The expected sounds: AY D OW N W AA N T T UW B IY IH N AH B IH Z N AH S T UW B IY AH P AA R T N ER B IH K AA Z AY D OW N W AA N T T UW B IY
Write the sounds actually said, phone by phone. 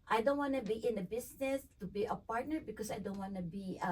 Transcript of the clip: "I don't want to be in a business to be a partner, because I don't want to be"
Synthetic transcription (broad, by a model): AY D OW N W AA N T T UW B IY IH N AH B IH S N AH S T UW B IY AH P AA R T N ER B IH K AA S AY D OW N W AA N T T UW B IY